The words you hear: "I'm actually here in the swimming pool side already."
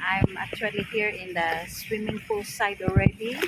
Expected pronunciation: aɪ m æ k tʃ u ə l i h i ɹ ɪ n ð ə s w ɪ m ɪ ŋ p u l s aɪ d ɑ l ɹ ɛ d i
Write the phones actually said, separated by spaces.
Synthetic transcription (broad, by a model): aɪ m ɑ k tʃ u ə l i h i ɹ ɪ n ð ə s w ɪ m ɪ ŋ f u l s aɪ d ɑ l ɹ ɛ d i